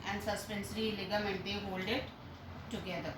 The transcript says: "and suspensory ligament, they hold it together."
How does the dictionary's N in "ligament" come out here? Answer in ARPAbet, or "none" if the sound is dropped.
N